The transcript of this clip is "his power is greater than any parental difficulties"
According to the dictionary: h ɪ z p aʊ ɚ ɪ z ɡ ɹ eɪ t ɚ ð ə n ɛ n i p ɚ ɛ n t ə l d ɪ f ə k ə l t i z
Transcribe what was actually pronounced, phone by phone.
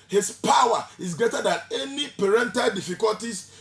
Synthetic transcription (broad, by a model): h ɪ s p aʊ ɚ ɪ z ɡ ɹ eɪ t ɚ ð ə n ɛ n i p ɚ ɛ n t ə l d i f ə k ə l t i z